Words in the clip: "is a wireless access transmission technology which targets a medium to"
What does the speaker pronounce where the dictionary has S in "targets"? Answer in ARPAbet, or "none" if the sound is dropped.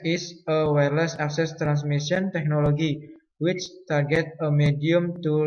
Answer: none